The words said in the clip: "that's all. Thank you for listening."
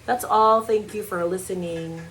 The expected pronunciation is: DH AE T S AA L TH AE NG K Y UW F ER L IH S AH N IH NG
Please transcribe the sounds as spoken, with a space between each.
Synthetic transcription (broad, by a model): DH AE T S AA L TH AE NG K Y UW F ER L IH S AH N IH NG